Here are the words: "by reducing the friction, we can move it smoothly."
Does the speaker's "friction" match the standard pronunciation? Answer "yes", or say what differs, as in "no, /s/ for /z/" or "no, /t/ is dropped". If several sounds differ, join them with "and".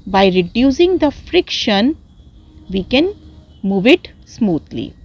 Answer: yes